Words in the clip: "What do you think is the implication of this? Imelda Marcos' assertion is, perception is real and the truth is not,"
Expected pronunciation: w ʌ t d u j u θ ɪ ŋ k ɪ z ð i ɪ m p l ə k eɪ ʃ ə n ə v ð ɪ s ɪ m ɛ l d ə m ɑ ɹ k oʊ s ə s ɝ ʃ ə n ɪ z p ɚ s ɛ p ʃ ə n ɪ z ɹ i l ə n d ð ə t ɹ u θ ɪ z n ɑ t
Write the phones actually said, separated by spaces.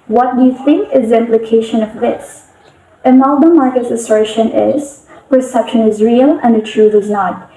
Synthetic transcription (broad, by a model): w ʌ t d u j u θ ɪ ŋ k ɪ z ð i ɪ m p l ə k eɪ ʃ ə n ə v ð ɪ s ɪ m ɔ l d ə m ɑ ɹ k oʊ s ə s ɝ ʃ ə n ɪ z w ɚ s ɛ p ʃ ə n ɪ z ɹ i l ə n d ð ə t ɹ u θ ɪ z n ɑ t